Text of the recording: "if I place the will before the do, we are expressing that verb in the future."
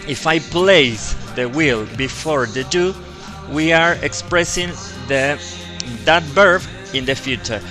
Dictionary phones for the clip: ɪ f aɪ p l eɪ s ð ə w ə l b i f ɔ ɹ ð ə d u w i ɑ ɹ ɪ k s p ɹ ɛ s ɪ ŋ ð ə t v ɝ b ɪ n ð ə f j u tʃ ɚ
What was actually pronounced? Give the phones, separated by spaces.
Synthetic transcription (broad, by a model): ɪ f aɪ p l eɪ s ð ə w ə l b i f ɔ ɹ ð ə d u w i ɑ ɹ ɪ k s p ɹ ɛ s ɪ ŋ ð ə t b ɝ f ɪ n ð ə f j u tʃ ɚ